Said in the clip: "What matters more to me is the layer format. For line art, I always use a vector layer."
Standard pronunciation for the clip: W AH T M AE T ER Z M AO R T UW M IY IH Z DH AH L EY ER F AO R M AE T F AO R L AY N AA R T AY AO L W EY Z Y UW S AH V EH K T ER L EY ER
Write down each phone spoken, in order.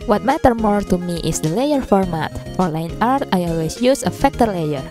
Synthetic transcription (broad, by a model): W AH T M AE T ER M AO R T UW M IY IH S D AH L EY ER F AO R M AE T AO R L AY N AA R T AY AO L W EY S Y UW S AH F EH K T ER L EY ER